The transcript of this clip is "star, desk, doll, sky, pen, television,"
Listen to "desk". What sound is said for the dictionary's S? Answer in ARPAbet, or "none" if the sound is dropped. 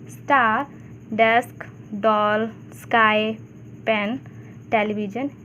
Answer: S